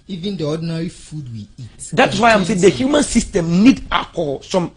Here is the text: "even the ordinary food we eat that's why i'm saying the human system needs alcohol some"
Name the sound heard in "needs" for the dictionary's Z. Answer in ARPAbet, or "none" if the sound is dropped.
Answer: none